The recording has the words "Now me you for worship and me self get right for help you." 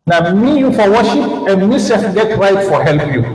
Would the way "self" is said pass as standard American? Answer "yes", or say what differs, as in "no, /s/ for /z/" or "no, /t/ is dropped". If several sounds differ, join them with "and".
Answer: no, /l/ is dropped